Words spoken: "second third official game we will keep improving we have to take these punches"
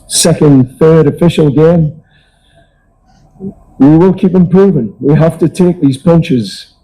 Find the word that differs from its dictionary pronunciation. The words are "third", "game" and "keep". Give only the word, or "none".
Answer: none